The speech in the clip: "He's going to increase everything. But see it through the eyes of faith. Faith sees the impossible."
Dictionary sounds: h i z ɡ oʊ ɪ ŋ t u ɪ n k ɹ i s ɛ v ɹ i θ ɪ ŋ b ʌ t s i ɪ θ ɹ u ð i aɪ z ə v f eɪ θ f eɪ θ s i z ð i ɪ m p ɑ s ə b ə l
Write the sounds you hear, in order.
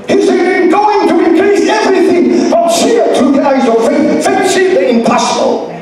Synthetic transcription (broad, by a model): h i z ɡ oʊ ɪ ŋ t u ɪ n k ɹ i s ɛ v ɹ i θ ɪ ŋ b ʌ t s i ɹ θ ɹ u ð i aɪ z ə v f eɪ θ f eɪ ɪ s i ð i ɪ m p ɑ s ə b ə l